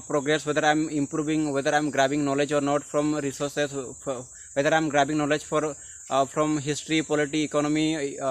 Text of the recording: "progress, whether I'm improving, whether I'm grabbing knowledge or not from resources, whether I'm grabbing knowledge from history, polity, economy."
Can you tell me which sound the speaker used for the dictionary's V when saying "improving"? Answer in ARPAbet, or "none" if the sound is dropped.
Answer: B